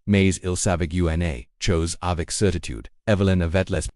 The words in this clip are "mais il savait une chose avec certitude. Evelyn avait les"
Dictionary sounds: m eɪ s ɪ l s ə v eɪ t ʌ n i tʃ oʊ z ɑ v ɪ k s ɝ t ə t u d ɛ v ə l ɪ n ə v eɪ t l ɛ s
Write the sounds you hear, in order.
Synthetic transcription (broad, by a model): m eɪ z ɪ l s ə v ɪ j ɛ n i tʃ oʊ z ɑ v ɪ k s ɝ t ə t u d ɛ v ə l ɪ n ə v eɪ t l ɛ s